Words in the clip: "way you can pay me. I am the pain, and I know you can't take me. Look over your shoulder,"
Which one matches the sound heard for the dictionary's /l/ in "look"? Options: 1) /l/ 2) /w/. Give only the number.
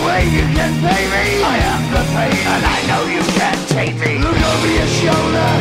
1